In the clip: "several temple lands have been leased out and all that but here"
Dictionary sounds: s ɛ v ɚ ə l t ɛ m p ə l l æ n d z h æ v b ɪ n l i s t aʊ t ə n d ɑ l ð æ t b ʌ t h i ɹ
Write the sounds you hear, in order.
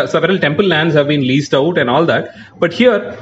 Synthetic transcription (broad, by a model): s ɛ v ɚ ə l t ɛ m p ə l l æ n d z h æ v b ɪ n l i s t aʊ t ə n d ɑ l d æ t b ʌ t h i ɹ